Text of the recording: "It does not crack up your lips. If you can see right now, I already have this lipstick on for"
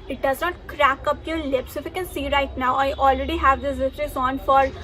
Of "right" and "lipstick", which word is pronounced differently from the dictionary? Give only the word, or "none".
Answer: lipstick